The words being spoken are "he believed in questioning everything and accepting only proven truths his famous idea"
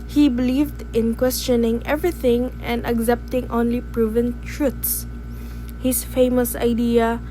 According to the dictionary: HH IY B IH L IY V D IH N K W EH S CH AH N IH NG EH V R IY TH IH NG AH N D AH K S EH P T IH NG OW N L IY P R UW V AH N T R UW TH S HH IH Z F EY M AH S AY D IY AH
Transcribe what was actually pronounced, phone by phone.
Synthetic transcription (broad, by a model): HH IY B IH L IY V D IH N K W EH S CH AH N IH NG EH V R IY TH IH NG AH N D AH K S EH P T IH NG OW N L IY P R UW V AH N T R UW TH S HH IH S F EY M AH S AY D IY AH